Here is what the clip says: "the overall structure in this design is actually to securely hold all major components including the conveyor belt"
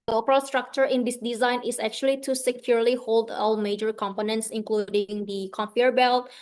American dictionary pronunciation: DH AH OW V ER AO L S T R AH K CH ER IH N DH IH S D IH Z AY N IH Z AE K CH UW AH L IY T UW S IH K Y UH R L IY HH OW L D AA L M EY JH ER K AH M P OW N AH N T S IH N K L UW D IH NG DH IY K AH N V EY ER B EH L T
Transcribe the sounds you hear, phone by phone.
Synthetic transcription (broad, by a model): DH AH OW P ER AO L S T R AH K CH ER IH N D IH S D IH Z AY N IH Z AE K CH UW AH L IY T UW S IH K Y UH R L IY HH OW L D AA L M EY JH ER K AH M P OW N AH N T S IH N K L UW D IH NG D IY K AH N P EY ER B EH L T